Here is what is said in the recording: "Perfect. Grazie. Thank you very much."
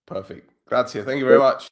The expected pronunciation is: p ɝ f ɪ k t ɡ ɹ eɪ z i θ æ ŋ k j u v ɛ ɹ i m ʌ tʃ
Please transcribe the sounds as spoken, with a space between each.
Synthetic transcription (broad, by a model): p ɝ f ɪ k t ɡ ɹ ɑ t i θ æ ŋ k j u v ɛ ɹ i m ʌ tʃ